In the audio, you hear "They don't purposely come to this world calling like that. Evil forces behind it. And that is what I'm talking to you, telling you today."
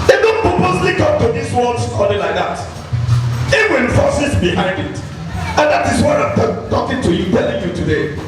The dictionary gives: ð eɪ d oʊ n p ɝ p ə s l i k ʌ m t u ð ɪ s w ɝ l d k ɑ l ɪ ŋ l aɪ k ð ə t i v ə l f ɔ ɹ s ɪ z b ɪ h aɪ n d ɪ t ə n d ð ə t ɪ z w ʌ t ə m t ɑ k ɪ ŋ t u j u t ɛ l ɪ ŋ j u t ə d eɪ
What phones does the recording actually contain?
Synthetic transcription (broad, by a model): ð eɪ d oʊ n p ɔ p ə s l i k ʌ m t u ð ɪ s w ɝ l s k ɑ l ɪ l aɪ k ð ə t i w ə n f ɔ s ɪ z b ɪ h aɪ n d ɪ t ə n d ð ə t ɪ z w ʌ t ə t t ɑ k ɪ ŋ t u j u t ɛ l ɪ ŋ j u t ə d eɪ